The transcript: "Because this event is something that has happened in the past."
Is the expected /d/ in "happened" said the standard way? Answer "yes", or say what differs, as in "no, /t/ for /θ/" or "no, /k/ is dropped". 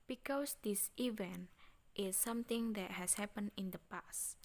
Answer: no, /d/ is dropped